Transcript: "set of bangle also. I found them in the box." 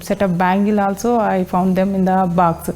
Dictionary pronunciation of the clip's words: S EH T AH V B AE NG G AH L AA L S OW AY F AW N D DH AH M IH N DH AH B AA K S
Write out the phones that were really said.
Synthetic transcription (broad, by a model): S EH T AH P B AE NG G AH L AA L S OW AY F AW N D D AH M IH N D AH B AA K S